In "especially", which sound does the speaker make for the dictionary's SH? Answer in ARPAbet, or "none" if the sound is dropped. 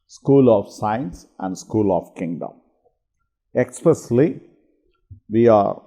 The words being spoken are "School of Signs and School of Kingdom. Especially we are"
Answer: S